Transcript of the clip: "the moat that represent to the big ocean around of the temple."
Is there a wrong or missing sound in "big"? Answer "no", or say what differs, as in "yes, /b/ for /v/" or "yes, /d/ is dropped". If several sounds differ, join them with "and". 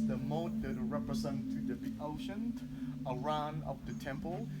yes, /ɡ/ is dropped